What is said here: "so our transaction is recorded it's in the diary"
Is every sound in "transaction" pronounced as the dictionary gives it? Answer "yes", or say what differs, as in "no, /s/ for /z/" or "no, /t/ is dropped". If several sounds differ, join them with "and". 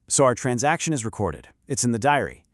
yes